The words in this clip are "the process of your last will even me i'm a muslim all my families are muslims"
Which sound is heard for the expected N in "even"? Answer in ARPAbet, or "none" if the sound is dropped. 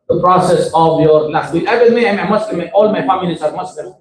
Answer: L